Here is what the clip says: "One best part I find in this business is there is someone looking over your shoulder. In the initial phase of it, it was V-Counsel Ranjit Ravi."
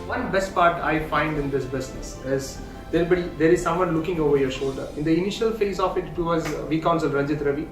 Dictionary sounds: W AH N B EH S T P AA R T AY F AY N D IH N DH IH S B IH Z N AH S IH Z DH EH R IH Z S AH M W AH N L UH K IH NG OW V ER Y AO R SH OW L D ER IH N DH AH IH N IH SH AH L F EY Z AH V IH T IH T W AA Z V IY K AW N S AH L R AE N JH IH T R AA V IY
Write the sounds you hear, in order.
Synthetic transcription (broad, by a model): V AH N B EH S T P AA R T AY F AY N D IH N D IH S B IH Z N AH S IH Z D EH R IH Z S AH M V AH N L UH K IH NG OW V ER Y AO R SH OW L D ER IH N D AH IH N IH SH AH L F EY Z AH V IH T IH T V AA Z V IY K AW N S AH L R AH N JH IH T R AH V IY